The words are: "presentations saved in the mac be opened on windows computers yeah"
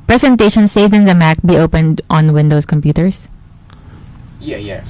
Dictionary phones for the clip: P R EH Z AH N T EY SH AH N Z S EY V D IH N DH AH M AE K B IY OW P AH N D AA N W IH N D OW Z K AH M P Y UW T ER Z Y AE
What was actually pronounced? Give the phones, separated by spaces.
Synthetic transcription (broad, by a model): P R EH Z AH N T EY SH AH N S EY V D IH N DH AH M AE K B IY OW P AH N D AA N W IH N D OW S K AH M P Y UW T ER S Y